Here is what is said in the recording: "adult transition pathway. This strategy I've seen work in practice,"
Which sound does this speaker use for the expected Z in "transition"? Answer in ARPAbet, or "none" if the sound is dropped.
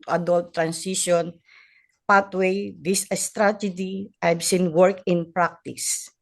S